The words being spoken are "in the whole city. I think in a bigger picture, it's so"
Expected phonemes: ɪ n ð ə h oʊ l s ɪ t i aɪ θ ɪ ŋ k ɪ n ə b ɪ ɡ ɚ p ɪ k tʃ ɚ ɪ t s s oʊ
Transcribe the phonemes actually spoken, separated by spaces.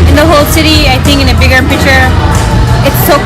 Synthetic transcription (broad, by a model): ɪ n ð ə h oʊ l s ɪ t i aɪ θ ɪ ŋ k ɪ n ə b ɪ ɡ ɚ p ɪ tʃ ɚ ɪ t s s oʊ